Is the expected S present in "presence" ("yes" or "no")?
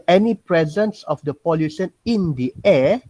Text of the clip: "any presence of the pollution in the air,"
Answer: yes